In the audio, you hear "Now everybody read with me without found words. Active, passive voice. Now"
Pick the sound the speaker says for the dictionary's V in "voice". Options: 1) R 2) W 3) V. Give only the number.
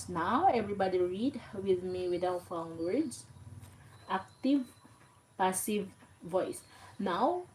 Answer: 3